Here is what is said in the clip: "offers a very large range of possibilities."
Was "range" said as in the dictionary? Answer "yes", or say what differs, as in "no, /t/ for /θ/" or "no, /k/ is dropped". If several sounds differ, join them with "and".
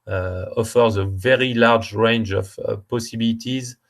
yes